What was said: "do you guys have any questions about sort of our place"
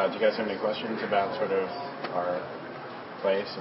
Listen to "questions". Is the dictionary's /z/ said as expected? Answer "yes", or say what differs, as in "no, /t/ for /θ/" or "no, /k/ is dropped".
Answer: yes